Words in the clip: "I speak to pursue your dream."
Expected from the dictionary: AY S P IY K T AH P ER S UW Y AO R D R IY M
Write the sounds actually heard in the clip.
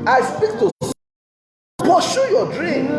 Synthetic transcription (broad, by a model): AY S P IY K T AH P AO SH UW Y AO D R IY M